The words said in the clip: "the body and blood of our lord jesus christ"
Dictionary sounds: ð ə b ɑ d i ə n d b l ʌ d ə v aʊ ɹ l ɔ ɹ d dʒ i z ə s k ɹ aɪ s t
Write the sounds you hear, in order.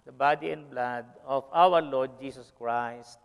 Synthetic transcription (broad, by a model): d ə b ɑ d i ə n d b l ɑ d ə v aʊ ɹ l ɔ ɹ d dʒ i s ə s k ɹ aɪ s t